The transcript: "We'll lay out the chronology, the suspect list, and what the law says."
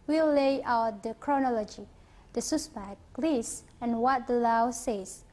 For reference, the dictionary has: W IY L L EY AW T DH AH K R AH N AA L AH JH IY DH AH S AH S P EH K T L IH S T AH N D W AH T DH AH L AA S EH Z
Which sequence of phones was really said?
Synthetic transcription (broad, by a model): W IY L L EY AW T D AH K R AH N AA L AH JH IY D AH S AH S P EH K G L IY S AH N W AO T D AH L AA S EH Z